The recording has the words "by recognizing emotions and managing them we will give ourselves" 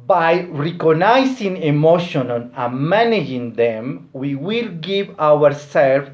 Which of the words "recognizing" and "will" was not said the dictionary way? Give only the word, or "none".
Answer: recognizing